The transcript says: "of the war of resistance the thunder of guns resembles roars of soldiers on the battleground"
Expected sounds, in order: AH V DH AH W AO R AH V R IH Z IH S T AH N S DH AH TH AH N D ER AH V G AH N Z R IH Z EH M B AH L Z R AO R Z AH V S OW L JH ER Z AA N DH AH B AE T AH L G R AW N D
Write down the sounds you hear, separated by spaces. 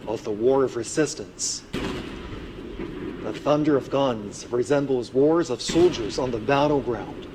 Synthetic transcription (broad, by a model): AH V DH AH W AO R AH V R IH Z IH S T AH N S DH AH TH AH N D ER AH V G AH N Z R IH Z EH M B L Z W AO R Z AH V S OW L JH ER Z N DH AH B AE T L G R AW N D